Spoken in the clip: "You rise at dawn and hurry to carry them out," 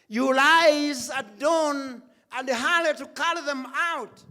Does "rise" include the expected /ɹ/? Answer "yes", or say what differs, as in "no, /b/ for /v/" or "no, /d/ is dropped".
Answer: no, /l/ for /ɹ/